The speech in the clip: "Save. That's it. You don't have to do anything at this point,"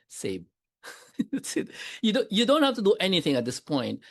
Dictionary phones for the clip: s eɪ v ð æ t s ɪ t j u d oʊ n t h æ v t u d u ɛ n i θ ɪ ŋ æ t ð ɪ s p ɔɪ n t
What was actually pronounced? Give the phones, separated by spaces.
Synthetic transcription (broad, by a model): s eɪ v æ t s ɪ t j u d oʊ n t h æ f t u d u ɛ n i θ ɪ ŋ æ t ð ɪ s p ɔɪ n t